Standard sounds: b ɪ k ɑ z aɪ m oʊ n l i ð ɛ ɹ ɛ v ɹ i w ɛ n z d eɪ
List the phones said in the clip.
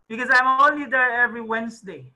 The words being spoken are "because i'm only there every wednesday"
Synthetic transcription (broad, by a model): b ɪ k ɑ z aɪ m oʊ l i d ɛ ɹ ɛ v ɹ i w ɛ n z d eɪ